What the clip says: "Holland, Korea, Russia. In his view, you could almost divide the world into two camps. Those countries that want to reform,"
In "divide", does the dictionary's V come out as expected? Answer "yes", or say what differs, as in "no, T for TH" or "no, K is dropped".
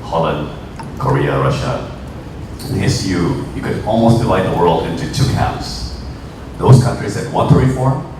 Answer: yes